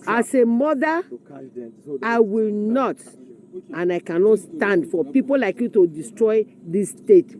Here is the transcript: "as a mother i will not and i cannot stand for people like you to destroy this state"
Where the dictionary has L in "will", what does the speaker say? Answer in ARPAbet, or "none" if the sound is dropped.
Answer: L